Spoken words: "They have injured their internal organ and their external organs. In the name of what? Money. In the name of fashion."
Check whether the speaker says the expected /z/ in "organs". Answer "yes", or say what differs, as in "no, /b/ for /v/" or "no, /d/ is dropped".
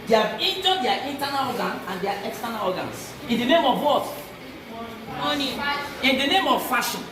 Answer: no, /s/ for /z/